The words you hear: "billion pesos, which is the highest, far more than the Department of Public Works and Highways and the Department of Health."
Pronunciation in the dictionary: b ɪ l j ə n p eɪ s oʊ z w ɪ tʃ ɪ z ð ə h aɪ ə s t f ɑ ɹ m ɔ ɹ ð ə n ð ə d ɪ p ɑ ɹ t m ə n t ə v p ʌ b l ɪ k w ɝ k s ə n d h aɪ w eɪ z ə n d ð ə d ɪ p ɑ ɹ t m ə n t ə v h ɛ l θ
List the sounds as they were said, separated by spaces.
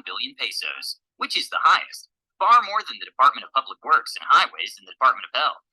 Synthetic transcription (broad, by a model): b ɪ l j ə n p eɪ s oʊ z w ɪ tʃ ɪ z ð ə h aɪ ə s t f ɑ ɹ m ɔ ɹ ð ə n ð ə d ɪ p ɑ ɹ t m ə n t ə v p ʌ b l ɪ k w ɝ k s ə n h aɪ w eɪ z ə n ð ə d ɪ p ɑ ɹ t m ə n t ə v h ɛ l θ